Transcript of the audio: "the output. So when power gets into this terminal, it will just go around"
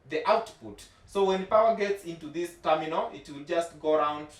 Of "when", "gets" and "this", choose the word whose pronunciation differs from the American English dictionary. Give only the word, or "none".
none